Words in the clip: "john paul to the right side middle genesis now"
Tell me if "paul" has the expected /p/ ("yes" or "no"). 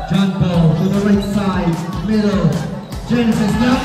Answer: no